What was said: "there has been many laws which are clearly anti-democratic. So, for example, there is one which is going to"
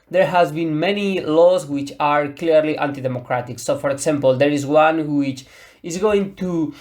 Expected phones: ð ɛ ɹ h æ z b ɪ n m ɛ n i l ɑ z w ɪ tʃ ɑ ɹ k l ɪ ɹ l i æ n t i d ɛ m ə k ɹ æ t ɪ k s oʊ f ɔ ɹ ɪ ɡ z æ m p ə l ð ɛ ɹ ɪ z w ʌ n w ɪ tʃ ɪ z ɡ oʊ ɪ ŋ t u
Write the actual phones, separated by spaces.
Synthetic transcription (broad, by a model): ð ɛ ɹ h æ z b ɪ n m ɛ n i l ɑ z w ɪ tʃ ɑ ɹ k l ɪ ɹ l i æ n t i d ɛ m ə k ɹ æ t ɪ k s oʊ f ɔ ɹ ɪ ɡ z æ m p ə l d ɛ ɹ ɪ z w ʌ n w ɪ tʃ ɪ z ɡ oʊ ɪ ŋ t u